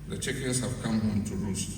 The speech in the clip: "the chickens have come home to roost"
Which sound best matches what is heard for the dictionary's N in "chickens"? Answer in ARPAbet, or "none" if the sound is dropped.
none